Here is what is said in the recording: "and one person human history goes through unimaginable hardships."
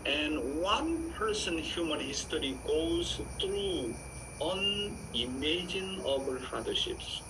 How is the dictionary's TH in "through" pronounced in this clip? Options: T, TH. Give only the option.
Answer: T